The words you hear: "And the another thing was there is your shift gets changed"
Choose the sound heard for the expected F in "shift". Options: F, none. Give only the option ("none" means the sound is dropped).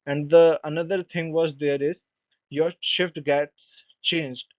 F